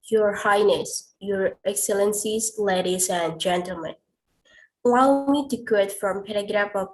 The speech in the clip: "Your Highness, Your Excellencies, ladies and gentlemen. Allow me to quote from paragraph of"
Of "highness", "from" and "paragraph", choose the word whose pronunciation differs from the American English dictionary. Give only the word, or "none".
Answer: none